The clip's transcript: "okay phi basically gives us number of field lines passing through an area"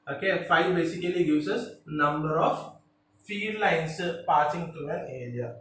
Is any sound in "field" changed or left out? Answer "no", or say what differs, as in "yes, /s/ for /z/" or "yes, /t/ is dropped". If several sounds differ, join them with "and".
yes, /l/ is dropped